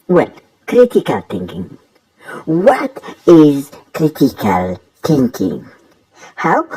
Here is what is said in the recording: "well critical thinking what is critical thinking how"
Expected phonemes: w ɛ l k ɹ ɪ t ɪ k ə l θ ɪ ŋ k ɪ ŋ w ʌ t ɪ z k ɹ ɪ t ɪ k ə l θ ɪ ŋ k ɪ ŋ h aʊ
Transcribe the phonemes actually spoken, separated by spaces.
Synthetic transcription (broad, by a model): w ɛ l k ɹ ɪ t ɪ k ə l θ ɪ ŋ k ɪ ŋ w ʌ t ɪ z k ɹ ɪ t ɪ k ə l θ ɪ ŋ k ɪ ŋ h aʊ